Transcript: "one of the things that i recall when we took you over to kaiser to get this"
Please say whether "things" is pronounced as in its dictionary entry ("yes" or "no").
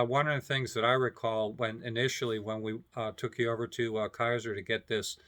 yes